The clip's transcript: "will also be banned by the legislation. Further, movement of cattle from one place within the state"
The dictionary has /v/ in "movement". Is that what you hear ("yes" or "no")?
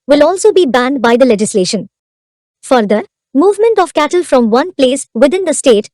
yes